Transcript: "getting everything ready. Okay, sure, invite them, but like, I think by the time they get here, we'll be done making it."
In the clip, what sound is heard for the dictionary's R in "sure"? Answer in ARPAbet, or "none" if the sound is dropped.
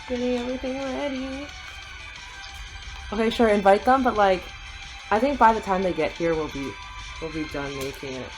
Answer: R